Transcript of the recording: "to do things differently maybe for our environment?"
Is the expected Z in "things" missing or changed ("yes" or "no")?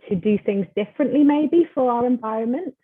no